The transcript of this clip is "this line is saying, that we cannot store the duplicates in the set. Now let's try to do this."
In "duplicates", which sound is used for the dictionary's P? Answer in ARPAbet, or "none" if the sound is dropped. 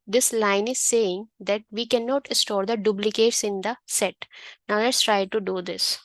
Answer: B